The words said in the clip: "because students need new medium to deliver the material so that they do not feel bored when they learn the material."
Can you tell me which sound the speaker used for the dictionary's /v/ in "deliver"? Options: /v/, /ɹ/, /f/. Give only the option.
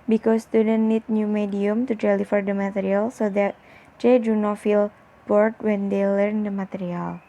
/f/